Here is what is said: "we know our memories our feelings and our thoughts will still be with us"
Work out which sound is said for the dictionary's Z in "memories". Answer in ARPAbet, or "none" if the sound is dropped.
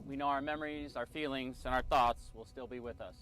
Z